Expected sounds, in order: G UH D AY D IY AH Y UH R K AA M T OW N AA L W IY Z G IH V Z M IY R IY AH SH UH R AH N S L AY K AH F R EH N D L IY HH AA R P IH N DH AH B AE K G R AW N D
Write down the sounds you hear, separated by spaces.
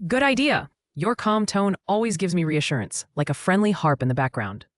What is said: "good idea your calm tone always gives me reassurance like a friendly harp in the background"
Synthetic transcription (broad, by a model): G UH D AY D IY AH Y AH R K AA M T OW N AA L W IY Z G IH V Z M IY R IY AH SH UH R AH N S L AY K AH F R EH N D L IY HH AA R P IH N DH AH B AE K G R AW N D